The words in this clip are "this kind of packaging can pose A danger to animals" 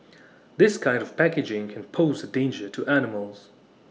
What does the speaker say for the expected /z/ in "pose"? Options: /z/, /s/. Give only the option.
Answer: /z/